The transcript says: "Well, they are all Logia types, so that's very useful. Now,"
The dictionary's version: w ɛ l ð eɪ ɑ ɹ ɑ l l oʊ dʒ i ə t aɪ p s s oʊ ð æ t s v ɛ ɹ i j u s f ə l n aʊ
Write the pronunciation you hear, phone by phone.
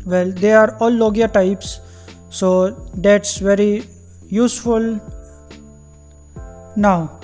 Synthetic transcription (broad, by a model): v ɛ l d eɪ ɑ ɹ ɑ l l oʊ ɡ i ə t aɪ p s s oʊ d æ t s v ɛ ɹ i j u s f ə l n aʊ